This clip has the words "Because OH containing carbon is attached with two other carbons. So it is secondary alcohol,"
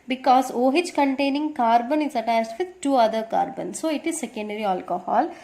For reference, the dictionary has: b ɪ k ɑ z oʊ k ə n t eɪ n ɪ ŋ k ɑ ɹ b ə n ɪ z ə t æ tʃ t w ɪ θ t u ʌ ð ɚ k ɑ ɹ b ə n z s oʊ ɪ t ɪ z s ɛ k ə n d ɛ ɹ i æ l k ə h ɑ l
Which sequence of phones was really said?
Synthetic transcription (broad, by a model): b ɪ k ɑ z oʊ k ə n t eɪ n ɪ ŋ k ɑ ɹ b ə n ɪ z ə t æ s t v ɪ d t u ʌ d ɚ k ɑ ɹ b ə n s oʊ ɪ t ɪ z s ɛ k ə n d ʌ ɹ i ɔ l k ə h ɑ l